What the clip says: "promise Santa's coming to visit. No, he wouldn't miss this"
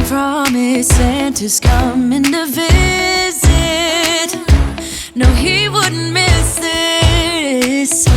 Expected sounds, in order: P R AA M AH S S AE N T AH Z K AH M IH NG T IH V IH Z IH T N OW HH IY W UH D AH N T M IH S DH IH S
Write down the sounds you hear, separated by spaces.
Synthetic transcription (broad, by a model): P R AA M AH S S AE N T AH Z K AH M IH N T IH V IH Z IH T N OW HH IY W UH D N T M IH S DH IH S